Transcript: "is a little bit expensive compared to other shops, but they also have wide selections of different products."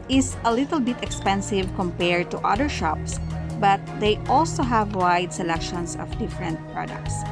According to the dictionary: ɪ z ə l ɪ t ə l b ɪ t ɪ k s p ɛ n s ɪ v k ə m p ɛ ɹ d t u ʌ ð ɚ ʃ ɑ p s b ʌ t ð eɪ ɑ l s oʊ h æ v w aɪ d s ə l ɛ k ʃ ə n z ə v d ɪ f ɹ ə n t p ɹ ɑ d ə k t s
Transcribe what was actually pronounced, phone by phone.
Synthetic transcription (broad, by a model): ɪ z ə l ɪ t ə l b ɪ t ɪ k s p ɛ n s ɪ v k ə m p ɛ ɹ d t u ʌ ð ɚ ʃ ɑ p s b ʌ t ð eɪ ɑ l s oʊ h æ v w aɪ d s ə l ɛ k ʃ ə n s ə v d ɪ f ɹ ə n t p ɹ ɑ d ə k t s